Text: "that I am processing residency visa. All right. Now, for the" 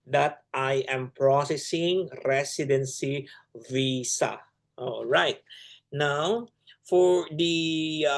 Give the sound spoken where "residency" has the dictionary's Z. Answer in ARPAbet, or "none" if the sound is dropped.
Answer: S